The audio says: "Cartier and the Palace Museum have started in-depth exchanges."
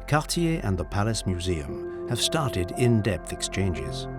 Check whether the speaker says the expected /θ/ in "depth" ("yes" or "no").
yes